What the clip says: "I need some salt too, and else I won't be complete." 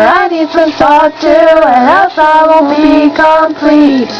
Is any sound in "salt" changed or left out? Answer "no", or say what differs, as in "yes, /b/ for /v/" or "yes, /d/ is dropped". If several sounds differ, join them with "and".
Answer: yes, /l/ is dropped